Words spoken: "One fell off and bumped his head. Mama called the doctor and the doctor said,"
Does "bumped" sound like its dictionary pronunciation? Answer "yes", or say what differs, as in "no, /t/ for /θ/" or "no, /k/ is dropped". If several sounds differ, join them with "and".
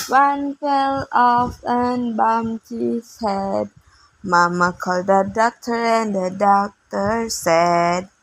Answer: no, /p/ is dropped